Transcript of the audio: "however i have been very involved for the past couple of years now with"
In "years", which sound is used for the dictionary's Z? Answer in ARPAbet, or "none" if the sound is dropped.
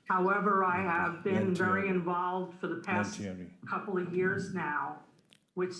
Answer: Z